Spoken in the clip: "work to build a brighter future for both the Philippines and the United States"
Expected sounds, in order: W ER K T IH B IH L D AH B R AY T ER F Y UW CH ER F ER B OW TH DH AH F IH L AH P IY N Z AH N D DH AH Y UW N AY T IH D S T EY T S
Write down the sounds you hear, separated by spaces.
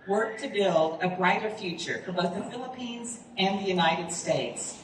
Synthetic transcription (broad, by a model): W ER K T IH B IH L D AH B R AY T ER F Y UW CH ER F ER B OW TH DH AH F IH L AH P IY N Z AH N DH AH Y UW N AY T IH D S T EY T S